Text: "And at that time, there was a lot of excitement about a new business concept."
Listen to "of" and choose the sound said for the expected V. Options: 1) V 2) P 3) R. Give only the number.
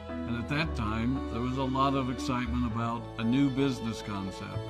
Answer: 1